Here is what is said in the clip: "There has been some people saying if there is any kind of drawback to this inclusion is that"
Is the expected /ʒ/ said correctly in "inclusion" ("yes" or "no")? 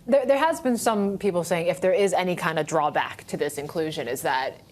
yes